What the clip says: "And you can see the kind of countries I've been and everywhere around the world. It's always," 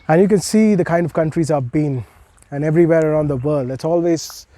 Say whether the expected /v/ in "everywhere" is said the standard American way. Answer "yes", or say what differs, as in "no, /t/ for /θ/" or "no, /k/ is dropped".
yes